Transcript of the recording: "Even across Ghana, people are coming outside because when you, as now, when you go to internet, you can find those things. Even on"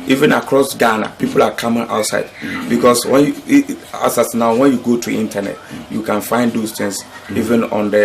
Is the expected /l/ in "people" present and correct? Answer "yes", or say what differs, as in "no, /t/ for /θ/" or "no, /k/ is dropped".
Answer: yes